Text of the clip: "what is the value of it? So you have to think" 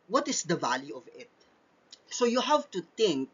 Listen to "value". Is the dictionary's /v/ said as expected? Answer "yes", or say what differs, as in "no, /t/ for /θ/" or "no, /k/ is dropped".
yes